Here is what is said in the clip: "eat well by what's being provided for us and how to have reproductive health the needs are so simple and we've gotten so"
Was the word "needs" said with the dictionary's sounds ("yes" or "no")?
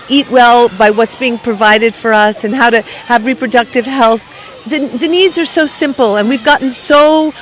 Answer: yes